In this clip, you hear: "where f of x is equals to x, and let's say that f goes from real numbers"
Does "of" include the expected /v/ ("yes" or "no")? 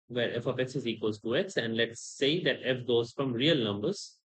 no